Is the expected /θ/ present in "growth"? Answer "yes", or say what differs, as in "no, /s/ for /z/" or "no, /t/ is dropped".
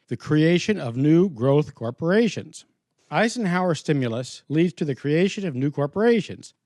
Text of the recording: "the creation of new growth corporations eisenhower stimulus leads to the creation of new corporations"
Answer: yes